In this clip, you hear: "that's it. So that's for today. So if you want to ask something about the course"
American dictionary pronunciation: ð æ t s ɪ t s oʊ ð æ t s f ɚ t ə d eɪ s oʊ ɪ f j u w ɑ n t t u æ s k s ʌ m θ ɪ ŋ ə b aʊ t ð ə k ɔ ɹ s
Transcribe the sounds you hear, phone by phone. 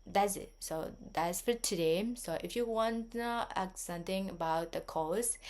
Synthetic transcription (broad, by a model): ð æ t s ɪ t s oʊ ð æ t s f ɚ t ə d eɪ s oʊ ɪ f j u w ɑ n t t u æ k s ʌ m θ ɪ ŋ ə b aʊ t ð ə k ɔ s